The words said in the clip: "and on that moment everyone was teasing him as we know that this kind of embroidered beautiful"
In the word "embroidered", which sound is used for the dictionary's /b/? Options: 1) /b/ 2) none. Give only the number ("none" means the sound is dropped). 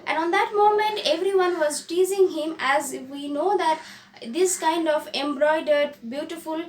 1